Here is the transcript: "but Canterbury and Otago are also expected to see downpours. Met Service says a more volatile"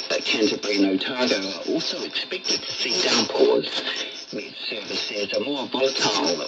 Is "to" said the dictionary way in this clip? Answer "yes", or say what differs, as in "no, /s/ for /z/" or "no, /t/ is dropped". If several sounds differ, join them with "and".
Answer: no, /s/ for /t/